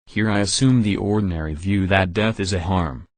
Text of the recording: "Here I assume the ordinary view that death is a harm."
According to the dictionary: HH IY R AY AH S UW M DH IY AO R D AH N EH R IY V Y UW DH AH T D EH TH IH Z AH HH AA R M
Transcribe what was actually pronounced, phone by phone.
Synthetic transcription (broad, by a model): HH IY R AY AH S UW M DH IY AO R D N EH R IY V Y UW DH AH T D EH TH IH Z AH HH AA R M